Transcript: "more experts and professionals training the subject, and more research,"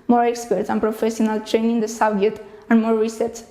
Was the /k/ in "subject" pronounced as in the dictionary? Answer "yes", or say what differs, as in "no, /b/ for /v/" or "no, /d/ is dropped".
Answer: no, /k/ is dropped